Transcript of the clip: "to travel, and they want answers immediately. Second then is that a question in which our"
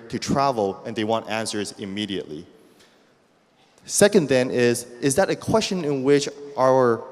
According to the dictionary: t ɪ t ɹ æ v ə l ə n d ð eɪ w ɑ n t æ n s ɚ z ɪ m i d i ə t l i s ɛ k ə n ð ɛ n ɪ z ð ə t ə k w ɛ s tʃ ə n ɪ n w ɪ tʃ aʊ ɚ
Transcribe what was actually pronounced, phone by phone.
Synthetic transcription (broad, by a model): t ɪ t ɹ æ v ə l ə n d ð eɪ w ɑ n t æ n s ɚ z ɪ m i d i ə t l i s ɛ k ə n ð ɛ n ɪ z ð ə t ə k w ɛ s tʃ ə n ɪ n w ɪ tʃ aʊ ɚ